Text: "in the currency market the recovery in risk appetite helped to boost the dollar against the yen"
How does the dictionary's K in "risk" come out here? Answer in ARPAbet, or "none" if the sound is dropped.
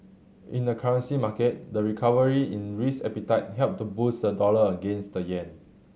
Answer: none